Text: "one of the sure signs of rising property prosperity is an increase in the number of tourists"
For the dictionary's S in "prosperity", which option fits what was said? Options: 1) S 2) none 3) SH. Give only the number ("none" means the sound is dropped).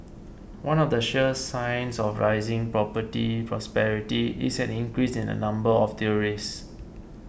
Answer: 1